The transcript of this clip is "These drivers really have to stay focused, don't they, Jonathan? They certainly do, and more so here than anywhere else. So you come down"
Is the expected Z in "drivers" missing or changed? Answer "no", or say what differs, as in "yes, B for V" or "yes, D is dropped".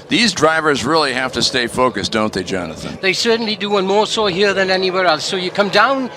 no